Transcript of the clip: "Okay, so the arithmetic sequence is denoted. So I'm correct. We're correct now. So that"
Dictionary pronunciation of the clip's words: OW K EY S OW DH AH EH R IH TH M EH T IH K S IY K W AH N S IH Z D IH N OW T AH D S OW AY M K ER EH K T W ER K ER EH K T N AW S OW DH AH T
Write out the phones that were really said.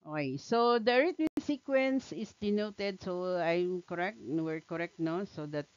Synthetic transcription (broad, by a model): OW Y S OW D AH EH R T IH S IY K W AH N S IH S D IH N OW T AH D S OW AY M K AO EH K T W ER K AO EH K T N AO S OW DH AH T